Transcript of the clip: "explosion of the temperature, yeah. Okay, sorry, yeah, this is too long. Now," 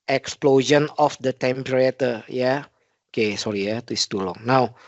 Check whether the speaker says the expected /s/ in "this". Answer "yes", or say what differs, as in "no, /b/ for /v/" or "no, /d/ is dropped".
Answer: no, /s/ is dropped